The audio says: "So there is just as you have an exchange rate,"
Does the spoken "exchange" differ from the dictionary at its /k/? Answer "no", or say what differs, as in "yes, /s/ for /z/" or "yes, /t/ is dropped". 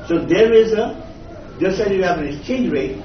yes, /k/ is dropped